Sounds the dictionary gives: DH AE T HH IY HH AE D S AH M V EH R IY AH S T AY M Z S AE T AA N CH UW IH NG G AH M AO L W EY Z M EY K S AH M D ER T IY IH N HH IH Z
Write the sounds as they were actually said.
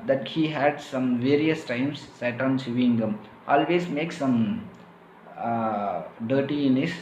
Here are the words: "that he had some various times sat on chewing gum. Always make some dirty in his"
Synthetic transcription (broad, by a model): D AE T HH IY HH AE D S AH M V EH R IY AH S T AY M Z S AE T AA N S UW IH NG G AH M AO L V EY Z M EY K S AH M D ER T IY IH N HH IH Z